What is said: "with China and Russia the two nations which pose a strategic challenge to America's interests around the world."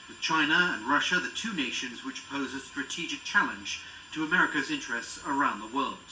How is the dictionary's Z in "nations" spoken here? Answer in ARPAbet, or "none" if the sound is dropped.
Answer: Z